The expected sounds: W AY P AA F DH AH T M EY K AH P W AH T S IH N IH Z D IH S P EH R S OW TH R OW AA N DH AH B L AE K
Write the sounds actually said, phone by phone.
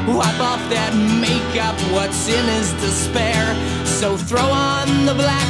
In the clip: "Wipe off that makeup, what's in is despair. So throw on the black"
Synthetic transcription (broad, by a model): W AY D AA F DH AH T M EY K AH P W AH T S IH N IH Z D IH S P EH R S OW TH R OW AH N DH AH B L AE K